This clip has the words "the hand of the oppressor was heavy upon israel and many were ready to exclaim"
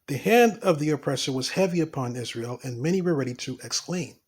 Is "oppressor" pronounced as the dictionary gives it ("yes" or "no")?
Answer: yes